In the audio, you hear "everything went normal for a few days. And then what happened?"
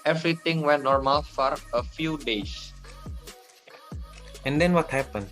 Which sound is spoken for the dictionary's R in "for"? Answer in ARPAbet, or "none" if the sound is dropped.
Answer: R